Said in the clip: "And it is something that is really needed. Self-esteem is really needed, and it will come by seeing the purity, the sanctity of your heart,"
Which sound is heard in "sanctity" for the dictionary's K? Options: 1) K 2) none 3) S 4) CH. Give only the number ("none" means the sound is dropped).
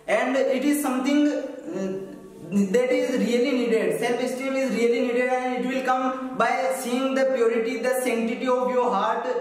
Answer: 2